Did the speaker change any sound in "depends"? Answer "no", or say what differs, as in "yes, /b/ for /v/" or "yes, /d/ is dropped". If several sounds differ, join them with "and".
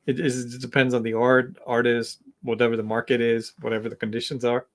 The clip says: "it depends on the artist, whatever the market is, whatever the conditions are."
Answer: no